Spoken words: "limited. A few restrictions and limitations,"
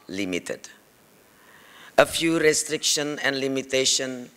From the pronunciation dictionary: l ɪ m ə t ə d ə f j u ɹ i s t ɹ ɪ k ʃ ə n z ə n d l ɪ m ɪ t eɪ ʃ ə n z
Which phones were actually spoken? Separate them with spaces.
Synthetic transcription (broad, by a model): l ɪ m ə t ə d ə f j u ɹ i s t ɹ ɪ k ʃ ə n ə n d l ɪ m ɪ t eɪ ʃ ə n